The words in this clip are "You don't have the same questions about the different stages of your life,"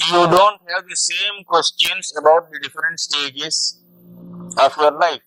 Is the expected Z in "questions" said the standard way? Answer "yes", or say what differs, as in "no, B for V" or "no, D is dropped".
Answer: no, S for Z